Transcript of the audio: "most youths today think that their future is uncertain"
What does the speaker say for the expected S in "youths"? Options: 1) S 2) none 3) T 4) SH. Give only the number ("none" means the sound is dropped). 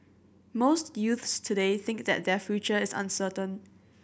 1